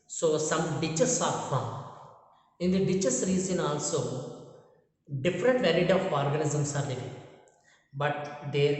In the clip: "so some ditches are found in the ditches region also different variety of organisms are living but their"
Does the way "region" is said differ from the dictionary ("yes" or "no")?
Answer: yes